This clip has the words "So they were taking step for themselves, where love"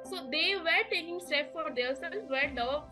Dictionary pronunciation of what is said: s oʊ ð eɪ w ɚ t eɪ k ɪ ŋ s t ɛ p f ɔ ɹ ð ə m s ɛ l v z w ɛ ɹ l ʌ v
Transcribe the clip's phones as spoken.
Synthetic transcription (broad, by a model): s oʊ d eɪ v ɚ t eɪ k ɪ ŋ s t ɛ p f ɔ ɹ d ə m s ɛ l z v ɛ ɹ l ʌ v